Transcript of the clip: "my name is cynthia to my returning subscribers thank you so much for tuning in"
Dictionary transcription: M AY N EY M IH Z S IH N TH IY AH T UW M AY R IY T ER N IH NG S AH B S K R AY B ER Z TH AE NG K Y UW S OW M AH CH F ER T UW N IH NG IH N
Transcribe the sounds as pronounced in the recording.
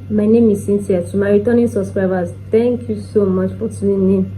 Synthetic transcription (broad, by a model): M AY N EY M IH S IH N T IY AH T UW M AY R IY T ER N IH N S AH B S K R AY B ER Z T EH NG K Y UW S OW M AH CH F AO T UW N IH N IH